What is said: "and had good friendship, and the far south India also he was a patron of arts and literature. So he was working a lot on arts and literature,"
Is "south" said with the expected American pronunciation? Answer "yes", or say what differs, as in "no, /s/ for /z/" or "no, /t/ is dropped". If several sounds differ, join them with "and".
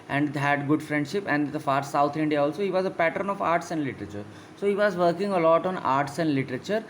no, /t/ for /θ/